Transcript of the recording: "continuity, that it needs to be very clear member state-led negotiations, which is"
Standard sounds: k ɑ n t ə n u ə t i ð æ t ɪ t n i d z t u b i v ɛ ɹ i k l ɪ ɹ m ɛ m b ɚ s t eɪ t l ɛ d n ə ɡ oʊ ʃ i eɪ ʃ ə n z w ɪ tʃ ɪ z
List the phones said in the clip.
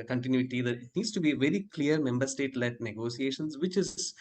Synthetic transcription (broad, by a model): k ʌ n t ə n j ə t i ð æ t ɪ t n i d s t u b i v ɛ ɹ i k l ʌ ɹ m ɛ m b ɚ s t eɪ t l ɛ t n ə ɡ oʊ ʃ i eɪ ʃ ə n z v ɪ tʃ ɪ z